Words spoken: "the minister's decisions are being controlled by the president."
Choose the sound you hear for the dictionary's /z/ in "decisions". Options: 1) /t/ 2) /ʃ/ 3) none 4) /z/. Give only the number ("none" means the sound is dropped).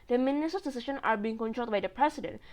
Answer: 3